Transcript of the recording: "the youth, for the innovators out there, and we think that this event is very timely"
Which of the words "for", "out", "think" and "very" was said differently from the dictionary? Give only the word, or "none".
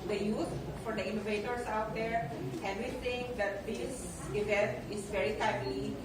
think